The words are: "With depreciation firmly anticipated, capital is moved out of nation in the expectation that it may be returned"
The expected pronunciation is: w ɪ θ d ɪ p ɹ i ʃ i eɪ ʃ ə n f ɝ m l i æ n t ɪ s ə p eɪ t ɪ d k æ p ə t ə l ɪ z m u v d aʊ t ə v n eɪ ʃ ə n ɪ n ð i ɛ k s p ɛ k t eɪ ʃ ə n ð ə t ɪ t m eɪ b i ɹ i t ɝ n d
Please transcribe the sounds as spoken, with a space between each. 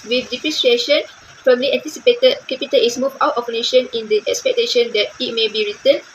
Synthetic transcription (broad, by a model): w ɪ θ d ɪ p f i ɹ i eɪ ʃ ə n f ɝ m l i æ n t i s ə p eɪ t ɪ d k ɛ p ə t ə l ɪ s m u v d aʊ t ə p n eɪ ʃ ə n ɪ n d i ɛ k s p ɛ k t eɪ ʃ ə n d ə t ɪ t m eɪ b i ɹ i t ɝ n